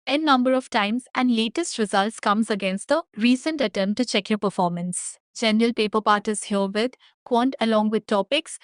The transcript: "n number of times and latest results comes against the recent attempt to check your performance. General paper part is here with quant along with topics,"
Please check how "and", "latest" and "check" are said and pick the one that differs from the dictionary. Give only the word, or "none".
none